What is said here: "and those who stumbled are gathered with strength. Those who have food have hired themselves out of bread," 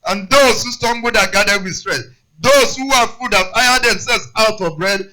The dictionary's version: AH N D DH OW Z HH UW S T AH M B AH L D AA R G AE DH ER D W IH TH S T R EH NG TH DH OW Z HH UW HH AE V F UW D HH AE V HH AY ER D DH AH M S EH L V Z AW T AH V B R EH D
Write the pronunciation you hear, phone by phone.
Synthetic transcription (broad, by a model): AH N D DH OW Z HH UW S T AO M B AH D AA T G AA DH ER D W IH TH S T R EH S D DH OW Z HH UW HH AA F UW D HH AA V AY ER D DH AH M S EH L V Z AW T AH V B R EH D